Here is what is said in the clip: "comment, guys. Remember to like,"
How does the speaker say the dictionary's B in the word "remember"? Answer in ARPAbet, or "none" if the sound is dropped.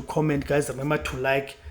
none